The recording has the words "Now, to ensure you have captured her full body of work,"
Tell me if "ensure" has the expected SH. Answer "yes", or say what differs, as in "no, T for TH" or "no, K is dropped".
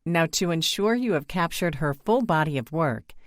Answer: yes